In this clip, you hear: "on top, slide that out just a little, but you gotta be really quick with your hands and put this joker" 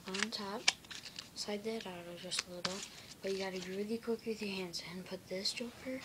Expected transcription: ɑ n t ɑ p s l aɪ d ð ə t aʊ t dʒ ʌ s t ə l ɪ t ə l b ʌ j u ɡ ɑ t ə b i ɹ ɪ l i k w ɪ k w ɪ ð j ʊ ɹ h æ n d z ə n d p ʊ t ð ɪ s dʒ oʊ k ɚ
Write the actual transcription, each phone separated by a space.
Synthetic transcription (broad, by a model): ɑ n t ɑ p s aɪ d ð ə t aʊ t dʒ ʌ s t ə l ɪ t l b ʌ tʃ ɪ ɡ ɑ t ə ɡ ɹ ɪ l i k w ɪ k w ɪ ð j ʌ ɹ h æ n d z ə n p ʊ t ð ɪ s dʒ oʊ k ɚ